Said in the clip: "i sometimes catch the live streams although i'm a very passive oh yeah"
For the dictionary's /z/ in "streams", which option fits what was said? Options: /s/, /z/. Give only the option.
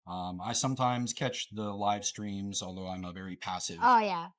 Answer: /z/